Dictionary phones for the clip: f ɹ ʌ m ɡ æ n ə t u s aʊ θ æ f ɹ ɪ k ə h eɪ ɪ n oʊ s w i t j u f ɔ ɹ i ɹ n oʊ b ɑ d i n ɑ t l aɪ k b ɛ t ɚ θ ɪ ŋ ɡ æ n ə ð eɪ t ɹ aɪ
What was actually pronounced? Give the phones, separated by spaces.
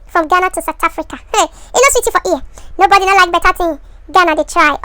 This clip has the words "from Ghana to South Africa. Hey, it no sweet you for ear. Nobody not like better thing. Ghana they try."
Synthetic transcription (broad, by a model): f ɹ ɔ m ɡ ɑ n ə t u s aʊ t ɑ f ɹ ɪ k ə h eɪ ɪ n oʊ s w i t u f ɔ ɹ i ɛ n oʊ b ɑ d i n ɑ l aɪ k b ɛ t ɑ t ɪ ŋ ɡ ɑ n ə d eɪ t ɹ aɪ